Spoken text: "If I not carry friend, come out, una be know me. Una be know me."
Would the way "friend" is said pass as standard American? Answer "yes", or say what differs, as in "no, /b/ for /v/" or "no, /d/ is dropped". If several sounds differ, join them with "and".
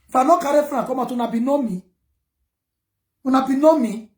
no, /ɹ/ is dropped